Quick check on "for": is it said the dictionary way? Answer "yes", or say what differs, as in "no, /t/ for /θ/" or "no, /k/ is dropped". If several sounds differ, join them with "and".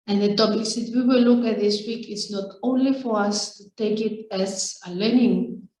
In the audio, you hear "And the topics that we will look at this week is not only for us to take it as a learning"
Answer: yes